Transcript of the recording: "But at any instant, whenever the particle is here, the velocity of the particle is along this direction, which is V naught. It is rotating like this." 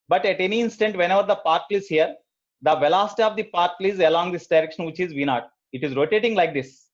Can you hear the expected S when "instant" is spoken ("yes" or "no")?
yes